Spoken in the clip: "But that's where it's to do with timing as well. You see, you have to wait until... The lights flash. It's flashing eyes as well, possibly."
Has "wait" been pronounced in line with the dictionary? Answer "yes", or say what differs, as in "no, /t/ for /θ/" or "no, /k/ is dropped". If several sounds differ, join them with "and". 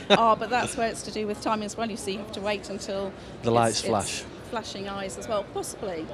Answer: yes